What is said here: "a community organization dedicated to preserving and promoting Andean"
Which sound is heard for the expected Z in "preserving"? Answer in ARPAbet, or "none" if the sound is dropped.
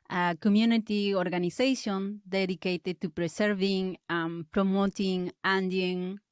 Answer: S